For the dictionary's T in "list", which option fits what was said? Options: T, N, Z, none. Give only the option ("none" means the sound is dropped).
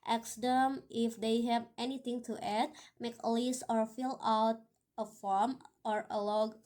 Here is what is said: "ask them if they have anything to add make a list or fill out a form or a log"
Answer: none